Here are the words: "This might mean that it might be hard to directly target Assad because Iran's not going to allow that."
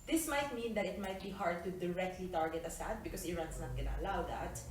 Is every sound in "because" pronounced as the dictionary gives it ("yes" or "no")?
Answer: no